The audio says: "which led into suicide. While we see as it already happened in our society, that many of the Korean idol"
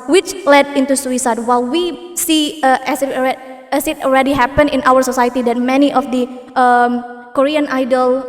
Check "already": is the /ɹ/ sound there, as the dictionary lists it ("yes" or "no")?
no